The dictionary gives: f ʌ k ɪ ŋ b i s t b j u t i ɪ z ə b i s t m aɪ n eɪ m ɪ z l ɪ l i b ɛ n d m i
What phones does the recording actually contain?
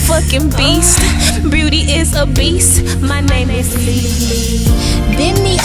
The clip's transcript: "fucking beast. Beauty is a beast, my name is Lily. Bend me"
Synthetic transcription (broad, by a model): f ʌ k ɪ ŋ b i s t b j u t i ɪ z ə b i s t m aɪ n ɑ ɪ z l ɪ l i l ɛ d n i